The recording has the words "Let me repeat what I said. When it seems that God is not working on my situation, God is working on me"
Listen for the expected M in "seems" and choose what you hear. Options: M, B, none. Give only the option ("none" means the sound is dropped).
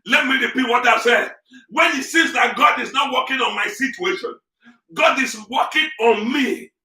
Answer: none